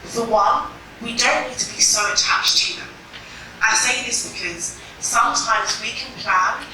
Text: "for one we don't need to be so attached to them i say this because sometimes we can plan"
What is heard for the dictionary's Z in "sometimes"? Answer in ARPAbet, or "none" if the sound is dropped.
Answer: Z